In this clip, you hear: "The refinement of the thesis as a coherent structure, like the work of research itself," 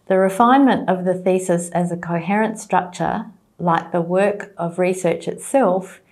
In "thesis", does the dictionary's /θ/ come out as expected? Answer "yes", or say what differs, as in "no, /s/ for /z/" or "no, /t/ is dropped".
yes